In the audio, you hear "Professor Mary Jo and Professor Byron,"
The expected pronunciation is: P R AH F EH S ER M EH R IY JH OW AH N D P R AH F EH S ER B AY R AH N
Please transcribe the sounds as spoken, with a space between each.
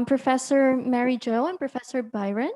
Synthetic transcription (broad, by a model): P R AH F EH S ER M EH R IY JH OW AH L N P R AH F EH S ER B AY R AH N